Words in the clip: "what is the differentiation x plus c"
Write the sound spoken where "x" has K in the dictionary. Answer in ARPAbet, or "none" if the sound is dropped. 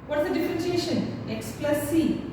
K